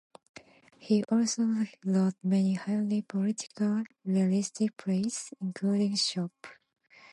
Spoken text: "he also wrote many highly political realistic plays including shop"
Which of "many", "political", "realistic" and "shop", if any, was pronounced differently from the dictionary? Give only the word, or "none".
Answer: none